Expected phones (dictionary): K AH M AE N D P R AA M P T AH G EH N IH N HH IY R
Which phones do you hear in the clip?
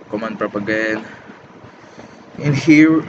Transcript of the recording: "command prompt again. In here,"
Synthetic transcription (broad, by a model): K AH M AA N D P R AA P AH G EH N IH N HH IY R